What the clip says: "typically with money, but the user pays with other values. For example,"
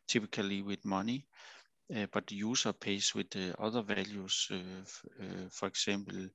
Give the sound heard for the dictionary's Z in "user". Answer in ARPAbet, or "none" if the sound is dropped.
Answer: S